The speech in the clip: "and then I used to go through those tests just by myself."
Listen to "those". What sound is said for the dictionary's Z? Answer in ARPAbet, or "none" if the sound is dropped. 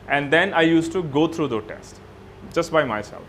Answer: none